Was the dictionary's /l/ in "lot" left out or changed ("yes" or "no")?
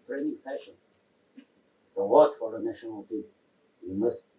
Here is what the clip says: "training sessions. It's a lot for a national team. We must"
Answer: yes